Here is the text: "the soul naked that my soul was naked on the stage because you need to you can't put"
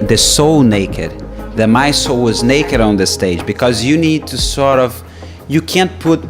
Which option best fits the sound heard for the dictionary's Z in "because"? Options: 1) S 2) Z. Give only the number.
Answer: 2